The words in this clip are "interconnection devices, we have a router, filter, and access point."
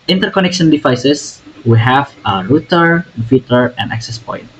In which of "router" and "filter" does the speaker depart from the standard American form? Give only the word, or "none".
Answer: filter